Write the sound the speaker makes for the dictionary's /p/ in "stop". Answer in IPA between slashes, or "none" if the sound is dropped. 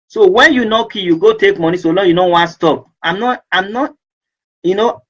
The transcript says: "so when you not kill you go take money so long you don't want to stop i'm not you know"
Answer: none